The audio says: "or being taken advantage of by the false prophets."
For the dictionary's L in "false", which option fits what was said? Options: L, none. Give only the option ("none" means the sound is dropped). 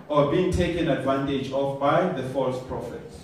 L